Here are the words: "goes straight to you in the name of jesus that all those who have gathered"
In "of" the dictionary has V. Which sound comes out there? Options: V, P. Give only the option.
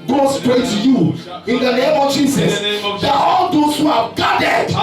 V